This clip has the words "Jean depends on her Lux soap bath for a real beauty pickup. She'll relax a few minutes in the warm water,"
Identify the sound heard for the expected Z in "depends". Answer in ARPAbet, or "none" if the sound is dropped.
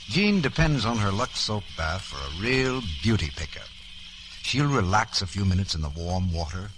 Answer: Z